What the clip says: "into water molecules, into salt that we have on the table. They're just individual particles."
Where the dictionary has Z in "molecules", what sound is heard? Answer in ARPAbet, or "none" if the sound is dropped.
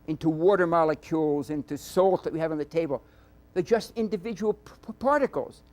Z